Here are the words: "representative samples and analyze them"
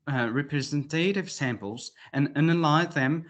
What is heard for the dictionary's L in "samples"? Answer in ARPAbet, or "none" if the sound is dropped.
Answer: L